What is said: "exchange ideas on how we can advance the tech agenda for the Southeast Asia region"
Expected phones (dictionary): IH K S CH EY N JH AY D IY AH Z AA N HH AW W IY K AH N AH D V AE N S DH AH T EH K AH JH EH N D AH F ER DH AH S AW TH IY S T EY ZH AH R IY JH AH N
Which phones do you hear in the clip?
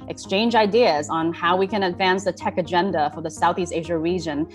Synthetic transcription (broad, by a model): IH K S CH EY N JH AY D IY AH Z N HH AW W IY K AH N AH D V AE N S DH AH T EH K AH JH EH N D AH F ER DH AH S AW TH IY S T EY ZH AH R IY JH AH N